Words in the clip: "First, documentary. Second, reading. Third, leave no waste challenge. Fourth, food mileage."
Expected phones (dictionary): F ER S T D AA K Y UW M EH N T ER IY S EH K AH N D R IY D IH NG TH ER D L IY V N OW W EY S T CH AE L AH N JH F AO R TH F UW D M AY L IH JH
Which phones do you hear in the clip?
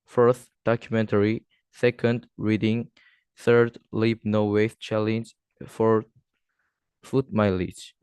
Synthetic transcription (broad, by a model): F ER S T D AA K Y UW M EH N T ER IY S EH K AH N D R IY D IH NG TH ER D L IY B N OW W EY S CH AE L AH N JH F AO R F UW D M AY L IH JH